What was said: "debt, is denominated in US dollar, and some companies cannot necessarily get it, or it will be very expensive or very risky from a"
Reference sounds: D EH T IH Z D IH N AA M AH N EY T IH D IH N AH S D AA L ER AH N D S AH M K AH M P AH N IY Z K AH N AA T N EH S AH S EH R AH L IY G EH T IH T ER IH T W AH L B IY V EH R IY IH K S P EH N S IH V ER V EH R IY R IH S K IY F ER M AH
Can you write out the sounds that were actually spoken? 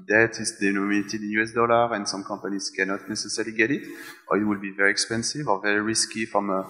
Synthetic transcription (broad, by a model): D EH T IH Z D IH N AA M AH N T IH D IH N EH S D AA L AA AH N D S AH M K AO P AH N IY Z K AH N AA T N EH S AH S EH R L IY G EH T IH T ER IH T W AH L B IY V EH R IY IH K S P EH N S IH V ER V EH R IY R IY S K IY F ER M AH